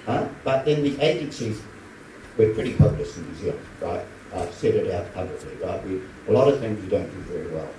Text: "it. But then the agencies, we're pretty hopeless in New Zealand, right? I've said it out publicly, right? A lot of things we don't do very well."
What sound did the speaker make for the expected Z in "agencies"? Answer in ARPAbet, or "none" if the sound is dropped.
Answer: Z